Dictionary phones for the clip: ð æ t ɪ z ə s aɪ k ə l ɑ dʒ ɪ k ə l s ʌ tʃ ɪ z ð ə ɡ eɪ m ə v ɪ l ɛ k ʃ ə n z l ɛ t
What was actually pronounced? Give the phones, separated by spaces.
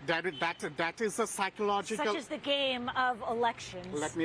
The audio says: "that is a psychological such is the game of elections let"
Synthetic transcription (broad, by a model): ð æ t ɪ z ə s aɪ k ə l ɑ dʒ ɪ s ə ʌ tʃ ɪ z ð ə ɡ eɪ m ə v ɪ l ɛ k ʃ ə n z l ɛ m